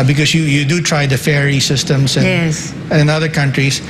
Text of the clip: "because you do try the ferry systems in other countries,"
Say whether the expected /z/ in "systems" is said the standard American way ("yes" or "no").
no